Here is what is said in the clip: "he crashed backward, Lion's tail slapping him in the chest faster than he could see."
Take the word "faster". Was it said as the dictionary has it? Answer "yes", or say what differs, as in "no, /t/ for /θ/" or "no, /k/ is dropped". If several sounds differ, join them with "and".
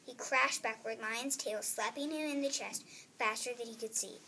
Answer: yes